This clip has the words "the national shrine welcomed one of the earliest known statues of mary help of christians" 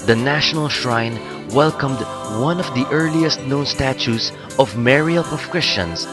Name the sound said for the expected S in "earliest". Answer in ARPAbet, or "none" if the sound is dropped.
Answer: S